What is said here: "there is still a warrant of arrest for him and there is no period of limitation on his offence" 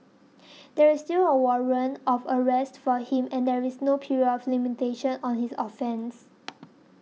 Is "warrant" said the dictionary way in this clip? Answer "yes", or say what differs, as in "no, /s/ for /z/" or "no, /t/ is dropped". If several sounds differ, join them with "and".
no, /t/ is dropped